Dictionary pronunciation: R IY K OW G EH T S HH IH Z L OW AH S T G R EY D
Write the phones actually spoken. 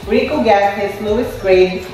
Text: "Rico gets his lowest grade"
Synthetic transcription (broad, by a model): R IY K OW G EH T HH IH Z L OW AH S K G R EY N